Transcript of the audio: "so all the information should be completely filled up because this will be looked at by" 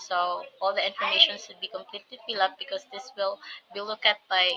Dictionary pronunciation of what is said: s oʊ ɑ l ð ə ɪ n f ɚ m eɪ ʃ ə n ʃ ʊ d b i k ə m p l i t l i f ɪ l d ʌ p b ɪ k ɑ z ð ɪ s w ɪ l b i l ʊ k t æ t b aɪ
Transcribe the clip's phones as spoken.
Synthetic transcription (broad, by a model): s oʊ ɑ l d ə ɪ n f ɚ m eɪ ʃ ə n s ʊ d b i k ə m p l i t l i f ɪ l ʌ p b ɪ k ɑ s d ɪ s w ɪ l b i l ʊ k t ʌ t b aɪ